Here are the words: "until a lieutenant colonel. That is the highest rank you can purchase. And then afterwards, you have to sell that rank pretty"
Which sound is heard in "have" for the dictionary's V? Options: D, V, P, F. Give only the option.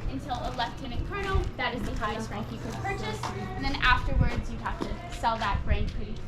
F